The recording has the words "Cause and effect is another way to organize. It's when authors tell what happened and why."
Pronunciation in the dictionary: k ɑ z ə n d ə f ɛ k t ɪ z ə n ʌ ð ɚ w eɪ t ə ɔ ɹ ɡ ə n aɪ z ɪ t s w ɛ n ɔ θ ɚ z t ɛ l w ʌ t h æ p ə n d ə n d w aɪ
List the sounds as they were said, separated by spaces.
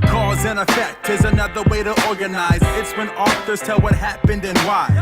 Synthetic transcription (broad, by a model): k ɑ z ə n ə f ɛ k t ɪ z ə n ʌ ð ɚ w eɪ t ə ɔ ɹ ɡ ə n aɪ z ɪ t s w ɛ n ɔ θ ɚ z t ɛ l w ʌ t h æ p ə n d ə n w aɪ